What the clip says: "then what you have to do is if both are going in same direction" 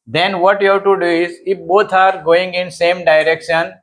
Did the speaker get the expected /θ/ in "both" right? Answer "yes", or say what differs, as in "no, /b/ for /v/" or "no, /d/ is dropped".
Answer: no, /t/ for /θ/